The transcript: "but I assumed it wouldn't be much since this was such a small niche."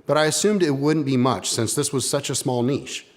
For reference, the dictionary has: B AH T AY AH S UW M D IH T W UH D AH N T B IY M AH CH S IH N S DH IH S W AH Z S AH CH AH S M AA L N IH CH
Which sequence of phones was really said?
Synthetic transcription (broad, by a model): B AH T AY AH S UW M D IH T W UH D N B IY M AH CH S IH N S DH IH S W AH Z S AH CH AH S M AA L N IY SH